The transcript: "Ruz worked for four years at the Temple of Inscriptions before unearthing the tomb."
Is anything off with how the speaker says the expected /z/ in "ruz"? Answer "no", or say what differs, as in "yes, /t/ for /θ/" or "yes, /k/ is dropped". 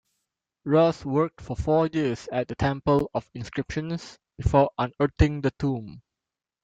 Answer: yes, /s/ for /z/